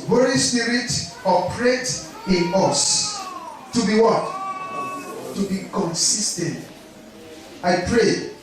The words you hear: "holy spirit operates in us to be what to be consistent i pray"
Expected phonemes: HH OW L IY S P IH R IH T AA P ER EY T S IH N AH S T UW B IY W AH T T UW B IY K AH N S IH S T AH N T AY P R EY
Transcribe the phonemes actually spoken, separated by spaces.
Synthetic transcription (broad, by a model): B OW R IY S P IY R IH T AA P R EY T IH N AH S T UW B IY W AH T T UW B IY K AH N S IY S T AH N T AY P R EY